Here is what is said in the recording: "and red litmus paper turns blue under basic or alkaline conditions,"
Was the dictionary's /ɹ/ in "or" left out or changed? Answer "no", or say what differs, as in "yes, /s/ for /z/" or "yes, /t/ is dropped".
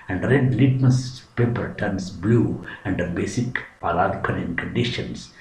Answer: yes, /l/ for /ɹ/